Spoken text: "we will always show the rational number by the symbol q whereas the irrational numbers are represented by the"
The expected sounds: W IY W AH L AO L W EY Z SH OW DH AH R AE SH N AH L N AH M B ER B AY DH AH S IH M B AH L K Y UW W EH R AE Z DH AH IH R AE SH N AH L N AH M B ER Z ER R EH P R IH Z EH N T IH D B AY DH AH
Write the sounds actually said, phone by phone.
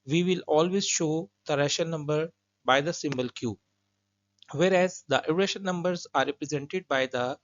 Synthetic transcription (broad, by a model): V IY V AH L AO L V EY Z SH OW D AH R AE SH AH N AH M B ER B AY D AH S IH M B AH L K Y UW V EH R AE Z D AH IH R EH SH AH N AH M B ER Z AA R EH P R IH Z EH N T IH D B AY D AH